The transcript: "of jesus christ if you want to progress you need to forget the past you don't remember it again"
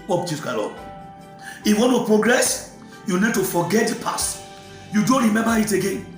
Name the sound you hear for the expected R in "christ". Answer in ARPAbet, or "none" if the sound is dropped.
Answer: none